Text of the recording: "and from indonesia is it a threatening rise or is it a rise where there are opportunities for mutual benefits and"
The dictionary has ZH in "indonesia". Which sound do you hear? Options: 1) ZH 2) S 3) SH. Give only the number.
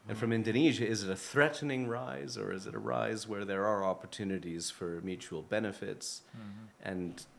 1